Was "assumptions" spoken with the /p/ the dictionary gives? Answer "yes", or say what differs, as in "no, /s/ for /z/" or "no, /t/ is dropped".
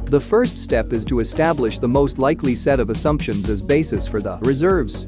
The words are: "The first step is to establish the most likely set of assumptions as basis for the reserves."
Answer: yes